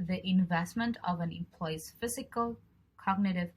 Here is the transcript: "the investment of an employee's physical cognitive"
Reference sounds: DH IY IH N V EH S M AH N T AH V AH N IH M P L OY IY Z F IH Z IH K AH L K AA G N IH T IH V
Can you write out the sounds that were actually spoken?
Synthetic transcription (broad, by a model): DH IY IH N V EH S M AH N T AH V AH N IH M P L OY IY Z F IH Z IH K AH L K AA G N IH T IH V